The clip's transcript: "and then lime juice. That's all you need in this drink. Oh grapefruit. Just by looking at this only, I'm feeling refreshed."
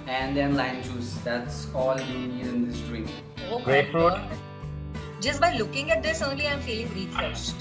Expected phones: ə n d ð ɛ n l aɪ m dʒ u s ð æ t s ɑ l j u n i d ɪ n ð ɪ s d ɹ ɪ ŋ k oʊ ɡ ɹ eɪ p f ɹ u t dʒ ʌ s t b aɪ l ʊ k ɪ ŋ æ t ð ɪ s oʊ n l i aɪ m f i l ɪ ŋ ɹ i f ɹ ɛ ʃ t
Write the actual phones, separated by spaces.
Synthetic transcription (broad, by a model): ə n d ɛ n l aɪ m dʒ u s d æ t s ɑ l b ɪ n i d ɪ n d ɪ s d ɹ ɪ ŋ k oʊ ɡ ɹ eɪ f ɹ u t dʒ ʌ s t b aɪ l ʊ k ɪ ŋ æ t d ɪ s oʊ n l i aɪ m f i l ɪ ŋ ɹ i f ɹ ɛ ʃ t